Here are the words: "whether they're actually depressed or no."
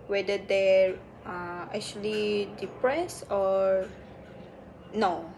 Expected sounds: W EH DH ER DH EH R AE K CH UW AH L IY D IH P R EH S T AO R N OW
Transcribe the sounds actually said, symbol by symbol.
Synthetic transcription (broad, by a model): W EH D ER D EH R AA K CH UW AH L IY D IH P R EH S AO R N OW